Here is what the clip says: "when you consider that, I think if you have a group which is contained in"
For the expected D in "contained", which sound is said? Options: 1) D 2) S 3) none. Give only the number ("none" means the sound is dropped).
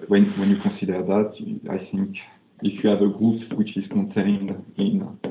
1